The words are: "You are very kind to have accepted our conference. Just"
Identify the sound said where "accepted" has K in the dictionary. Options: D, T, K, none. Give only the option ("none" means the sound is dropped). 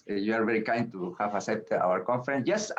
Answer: none